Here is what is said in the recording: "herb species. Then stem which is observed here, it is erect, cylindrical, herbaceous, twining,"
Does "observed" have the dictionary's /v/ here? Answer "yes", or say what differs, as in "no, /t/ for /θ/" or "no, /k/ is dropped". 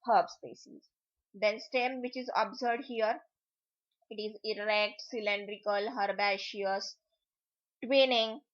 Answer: no, /v/ is dropped